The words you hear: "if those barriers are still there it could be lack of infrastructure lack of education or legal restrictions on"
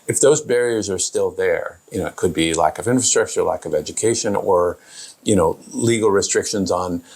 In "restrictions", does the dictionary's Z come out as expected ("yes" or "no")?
yes